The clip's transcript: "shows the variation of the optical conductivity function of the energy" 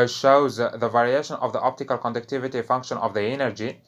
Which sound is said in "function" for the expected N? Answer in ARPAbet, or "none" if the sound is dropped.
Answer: N